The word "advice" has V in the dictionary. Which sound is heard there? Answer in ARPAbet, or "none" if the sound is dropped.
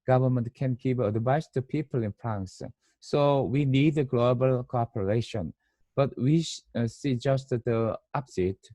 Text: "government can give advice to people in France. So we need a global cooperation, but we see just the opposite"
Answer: B